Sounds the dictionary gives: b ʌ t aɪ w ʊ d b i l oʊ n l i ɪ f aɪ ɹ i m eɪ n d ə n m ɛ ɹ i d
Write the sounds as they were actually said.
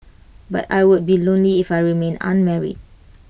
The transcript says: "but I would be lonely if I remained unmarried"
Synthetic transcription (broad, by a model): b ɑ t aɪ w ʊ d b i l oʊ n l i ɪ f aɪ ɹ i m eɪ n ə n m ɛ ɹ i d